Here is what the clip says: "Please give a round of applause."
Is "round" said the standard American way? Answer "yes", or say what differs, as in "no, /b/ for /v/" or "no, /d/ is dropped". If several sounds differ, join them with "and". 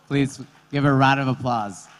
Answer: no, /n/ is dropped